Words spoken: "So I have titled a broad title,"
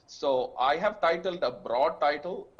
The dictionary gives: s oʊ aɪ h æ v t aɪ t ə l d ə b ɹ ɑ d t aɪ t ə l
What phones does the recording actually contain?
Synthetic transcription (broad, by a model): s oʊ aɪ h æ v t aɪ t ə l d ə b ɹ ɑ d t aɪ t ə l